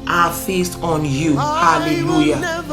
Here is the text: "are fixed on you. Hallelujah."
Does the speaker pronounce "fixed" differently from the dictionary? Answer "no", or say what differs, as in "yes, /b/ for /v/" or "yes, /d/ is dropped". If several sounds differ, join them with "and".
yes, /k/ is dropped